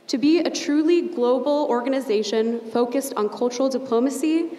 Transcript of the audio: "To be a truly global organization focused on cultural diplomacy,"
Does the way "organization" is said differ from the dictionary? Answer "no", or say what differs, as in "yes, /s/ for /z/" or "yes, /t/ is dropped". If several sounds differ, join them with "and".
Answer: no